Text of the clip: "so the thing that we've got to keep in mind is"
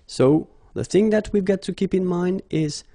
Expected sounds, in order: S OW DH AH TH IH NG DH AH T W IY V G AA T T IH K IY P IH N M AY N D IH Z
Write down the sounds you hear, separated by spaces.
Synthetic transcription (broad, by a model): S OW DH AH TH IH NG DH AH T W IY V G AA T T IH K IY P IH N M AY N D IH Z